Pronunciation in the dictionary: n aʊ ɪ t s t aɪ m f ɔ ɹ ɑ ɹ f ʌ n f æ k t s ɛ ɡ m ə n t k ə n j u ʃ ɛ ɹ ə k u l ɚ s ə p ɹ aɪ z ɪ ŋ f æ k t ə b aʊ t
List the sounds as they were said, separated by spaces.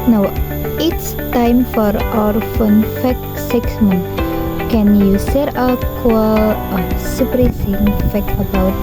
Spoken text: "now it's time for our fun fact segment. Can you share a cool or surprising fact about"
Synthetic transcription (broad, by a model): n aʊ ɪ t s t aɪ m f ɔ ɹ ɑ ɹ f ʌ n f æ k s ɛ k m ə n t k ə n j u s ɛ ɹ ə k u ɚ s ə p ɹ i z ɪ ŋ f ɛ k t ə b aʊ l